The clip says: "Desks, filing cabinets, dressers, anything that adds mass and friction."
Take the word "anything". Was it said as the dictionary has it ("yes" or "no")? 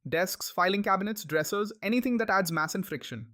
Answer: no